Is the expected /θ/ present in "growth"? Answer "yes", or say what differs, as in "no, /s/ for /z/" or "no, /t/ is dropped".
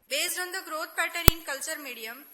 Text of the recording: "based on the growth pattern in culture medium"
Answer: no, /t/ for /θ/